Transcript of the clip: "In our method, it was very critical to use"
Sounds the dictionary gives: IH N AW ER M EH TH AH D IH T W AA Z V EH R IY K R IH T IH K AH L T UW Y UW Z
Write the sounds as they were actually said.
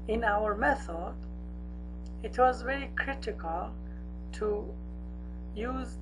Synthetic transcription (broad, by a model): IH N AW ER M EH TH AH D IH T W AA Z V EH R IY K R IH T IH K AH L T UW Y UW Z